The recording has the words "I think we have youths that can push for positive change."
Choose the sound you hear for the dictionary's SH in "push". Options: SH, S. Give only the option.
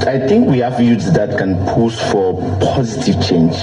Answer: S